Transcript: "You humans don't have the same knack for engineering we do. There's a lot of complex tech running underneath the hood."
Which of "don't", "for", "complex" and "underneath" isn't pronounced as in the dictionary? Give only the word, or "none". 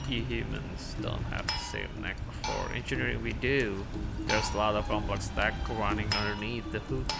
complex